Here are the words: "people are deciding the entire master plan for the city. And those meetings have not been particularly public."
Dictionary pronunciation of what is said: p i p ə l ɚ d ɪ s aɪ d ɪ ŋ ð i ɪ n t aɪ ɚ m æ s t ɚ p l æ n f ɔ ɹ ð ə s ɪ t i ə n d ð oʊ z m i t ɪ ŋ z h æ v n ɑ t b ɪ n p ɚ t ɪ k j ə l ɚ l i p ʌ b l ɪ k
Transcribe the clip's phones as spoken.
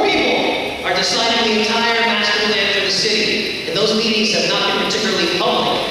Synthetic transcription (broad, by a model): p i p l ɚ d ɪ s aɪ d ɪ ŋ ð i ɪ n t aɪ ɚ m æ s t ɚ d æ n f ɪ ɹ ð ə s ɪ t i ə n ð oʊ z m i t ɪ ŋ z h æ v n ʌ t b ɪ n p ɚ t ɪ k j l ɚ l i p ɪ